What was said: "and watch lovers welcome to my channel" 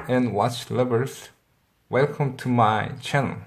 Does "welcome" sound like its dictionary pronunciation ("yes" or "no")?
yes